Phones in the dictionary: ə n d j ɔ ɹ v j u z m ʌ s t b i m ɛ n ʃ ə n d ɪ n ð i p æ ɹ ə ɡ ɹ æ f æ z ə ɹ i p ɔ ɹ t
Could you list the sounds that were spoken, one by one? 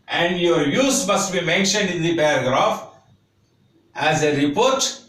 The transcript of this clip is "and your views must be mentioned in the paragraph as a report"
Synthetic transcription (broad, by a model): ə n d j ɔ ɹ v j u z m ʌ s t b i m ɛ n ʃ ə n d ɪ n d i p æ ɹ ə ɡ ɹ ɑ f æ z ə ɹ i p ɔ ɹ t